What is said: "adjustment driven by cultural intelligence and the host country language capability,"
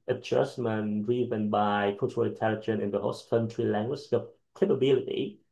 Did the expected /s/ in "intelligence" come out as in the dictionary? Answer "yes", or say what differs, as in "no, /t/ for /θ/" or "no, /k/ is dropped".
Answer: no, /s/ is dropped